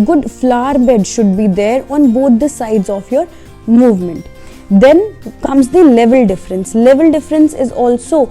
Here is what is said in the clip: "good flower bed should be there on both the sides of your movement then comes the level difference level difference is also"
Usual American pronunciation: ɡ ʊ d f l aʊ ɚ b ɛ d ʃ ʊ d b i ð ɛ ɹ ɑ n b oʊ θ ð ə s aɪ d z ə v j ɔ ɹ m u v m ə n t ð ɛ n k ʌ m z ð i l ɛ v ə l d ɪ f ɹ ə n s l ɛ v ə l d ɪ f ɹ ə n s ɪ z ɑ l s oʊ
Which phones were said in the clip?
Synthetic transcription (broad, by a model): ɡ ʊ d f l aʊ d b ɛ d ʃ ʊ d b i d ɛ ɹ ɑ n b oʊ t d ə s aɪ d z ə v j ɔ ɹ m u v m ə n t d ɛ n k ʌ m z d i l ɛ v ə l d ɪ f ɹ ə n s l ɛ v ə l d ɪ f ɹ ə n s ɪ z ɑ l s oʊ